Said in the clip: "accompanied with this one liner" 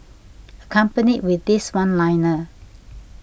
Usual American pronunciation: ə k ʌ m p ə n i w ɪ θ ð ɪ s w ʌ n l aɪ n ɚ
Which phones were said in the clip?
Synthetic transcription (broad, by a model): ə k ʌ m p ə n i w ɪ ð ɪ s w ʌ n l aɪ n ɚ